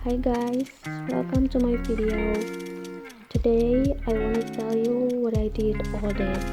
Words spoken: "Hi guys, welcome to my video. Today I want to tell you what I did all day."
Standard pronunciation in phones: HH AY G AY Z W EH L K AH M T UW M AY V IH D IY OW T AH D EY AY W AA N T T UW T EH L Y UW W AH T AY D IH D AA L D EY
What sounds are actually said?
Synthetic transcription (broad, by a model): HH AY G AY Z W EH L K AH M T UW M AY P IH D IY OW T AH D EY AY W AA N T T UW T EH L Y UW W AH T AY D IH D AA L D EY